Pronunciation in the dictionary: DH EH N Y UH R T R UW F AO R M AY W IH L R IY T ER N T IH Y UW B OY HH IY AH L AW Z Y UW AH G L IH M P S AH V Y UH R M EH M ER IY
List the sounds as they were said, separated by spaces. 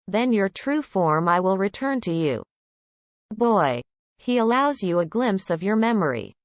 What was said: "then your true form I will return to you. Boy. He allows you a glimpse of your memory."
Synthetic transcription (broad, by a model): DH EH N Y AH R T R UW F AO R M AY W IH L R IY T ER N T IH Y UW B OY HH IY AH L AW Z Y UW AH G L IH M P S AH V Y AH R M EH M ER IY